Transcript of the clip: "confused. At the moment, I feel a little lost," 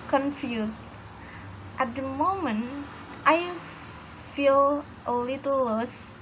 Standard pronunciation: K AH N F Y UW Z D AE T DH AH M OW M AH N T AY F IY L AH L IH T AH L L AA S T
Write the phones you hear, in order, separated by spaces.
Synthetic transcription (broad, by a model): K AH N F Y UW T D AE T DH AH M OW M AH N T AY F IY L AH L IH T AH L L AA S